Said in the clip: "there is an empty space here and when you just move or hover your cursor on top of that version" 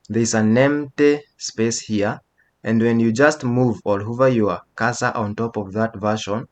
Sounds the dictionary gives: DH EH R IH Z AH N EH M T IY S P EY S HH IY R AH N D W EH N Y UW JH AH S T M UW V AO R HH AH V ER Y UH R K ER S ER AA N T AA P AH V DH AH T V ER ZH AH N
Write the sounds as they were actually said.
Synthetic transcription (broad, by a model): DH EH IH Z AH N EH M T IY S P EY S HH IY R AH N D W EH N Y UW JH AH S T M UW V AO L HH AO V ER Y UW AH K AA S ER AA N T AA P AH V DH AH T V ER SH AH N